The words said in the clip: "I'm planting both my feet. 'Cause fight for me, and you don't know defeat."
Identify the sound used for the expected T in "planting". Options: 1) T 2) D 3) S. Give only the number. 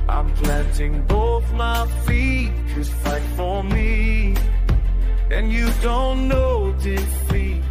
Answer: 3